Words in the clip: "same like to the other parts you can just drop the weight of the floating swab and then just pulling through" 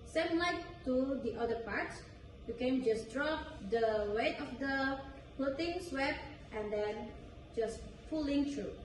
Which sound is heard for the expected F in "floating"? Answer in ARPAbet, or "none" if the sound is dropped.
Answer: P